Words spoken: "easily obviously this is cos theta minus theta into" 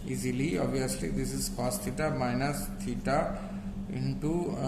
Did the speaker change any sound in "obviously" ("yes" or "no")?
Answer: yes